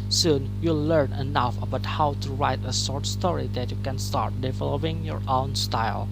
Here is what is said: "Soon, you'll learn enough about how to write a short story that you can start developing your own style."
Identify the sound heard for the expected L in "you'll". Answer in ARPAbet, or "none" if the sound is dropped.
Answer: L